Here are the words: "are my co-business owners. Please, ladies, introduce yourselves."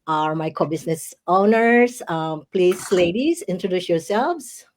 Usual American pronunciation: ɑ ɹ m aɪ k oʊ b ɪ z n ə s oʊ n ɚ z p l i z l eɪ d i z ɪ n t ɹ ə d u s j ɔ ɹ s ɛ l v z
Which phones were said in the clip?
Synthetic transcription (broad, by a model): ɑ ɹ m aɪ k oʊ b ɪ s n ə s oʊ n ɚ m p l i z l eɪ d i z ɪ n t ɹ ə d u s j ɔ ɹ s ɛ l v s